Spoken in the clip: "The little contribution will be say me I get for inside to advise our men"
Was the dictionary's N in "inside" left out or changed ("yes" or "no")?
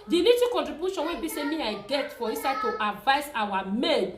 yes